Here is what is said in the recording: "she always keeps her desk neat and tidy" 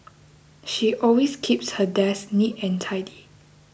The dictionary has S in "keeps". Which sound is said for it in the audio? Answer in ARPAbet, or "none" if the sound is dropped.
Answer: S